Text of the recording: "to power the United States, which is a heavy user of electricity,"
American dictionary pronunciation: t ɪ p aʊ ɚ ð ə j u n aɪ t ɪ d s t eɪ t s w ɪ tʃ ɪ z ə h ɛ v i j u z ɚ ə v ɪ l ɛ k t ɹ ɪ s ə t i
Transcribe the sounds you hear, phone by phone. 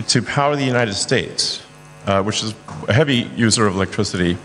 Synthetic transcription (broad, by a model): t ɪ p aʊ ɚ ð ə j u n aɪ t ɪ d s t eɪ t s w ɪ tʃ ɪ z ə h ɛ v i j u z ɚ ə v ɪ l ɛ k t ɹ ɪ s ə t i